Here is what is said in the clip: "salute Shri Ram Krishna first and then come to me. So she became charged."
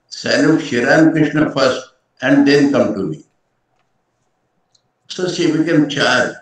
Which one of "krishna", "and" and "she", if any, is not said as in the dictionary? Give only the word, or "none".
she